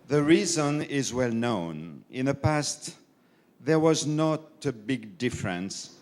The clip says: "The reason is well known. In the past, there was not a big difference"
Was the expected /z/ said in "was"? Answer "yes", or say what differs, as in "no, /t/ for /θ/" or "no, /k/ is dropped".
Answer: yes